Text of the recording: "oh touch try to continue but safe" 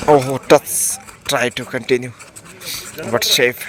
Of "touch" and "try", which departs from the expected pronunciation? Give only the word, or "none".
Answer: touch